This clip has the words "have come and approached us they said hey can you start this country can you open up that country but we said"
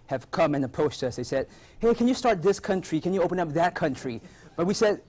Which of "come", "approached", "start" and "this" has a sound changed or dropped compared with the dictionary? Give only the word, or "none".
approached